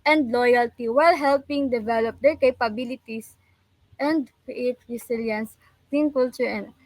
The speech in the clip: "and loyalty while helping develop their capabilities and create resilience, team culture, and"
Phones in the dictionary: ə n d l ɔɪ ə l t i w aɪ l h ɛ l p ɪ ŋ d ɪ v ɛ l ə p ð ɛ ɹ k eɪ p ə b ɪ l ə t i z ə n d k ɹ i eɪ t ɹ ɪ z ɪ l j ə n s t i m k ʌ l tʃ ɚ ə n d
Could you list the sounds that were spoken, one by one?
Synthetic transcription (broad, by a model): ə n d l ɔɪ ə l t i w aɪ l h ɛ l p ɪ ŋ d ɪ v ɛ l ə p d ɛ ɹ k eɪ p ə b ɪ l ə t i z ə n d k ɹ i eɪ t ɹ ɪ s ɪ l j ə n s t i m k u l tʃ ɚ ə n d